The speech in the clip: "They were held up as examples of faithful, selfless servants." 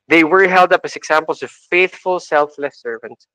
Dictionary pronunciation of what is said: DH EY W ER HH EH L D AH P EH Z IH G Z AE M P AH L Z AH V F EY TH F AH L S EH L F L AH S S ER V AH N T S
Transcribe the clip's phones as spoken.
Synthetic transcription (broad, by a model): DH EY W ER HH EH L D AH P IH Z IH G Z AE M P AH L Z AH V F EY TH F AH L S EH L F L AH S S ER V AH N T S